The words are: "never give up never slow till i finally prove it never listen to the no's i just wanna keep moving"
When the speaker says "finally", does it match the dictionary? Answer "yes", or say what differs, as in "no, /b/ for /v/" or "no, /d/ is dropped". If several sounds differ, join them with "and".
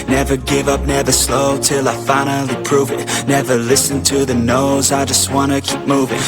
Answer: yes